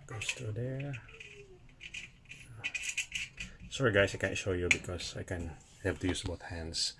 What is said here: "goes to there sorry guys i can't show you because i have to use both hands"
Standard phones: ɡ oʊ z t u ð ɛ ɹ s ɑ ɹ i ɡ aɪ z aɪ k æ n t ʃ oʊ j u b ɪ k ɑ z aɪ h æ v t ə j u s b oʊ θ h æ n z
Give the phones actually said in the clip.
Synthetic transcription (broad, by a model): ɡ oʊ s t u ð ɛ ɹ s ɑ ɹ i ɡ aɪ s aɪ k æ n t ʃ oʊ j u b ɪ k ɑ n aɪ h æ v t ə j u s b oʊ θ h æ n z